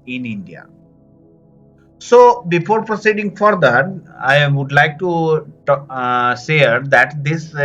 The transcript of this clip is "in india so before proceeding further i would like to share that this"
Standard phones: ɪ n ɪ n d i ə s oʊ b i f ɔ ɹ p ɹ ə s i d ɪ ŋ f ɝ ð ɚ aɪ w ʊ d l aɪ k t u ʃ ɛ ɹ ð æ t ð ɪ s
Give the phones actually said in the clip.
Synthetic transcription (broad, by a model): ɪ n ɪ n d i ə s oʊ b i f ɔ ɹ p ɹ ə s i d ɪ ŋ f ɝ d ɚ aɪ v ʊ d l aɪ k t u s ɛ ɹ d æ t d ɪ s